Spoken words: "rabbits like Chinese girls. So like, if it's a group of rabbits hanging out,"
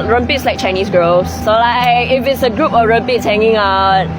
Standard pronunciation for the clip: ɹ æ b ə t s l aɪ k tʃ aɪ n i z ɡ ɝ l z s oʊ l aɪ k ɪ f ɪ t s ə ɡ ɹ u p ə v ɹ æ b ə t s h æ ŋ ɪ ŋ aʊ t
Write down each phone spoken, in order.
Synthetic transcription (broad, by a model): ɹ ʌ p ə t s l aɪ k tʃ aɪ n i s ɡ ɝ l s oʊ l aɪ k ɪ f ɪ t s ə ɡ ɹ u p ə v ɹ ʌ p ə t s h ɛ ŋ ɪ ŋ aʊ t